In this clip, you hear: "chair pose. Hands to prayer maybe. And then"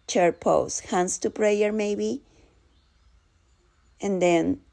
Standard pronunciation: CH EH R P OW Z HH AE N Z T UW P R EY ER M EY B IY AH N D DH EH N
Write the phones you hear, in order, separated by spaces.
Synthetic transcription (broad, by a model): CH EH R P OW S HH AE N S T UW P R EY ER M EY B IY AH N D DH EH N